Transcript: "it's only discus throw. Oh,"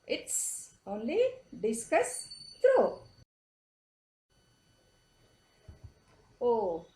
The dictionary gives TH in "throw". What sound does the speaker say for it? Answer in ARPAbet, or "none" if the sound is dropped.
T